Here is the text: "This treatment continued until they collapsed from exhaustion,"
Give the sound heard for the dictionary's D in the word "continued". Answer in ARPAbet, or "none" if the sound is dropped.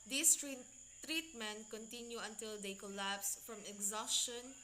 none